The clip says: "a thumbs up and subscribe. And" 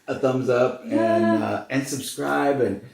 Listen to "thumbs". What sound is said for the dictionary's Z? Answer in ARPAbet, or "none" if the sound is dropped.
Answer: Z